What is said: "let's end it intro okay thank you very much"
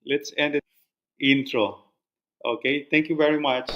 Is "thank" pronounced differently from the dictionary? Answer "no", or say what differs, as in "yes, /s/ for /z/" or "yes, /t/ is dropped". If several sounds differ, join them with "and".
yes, /t/ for /θ/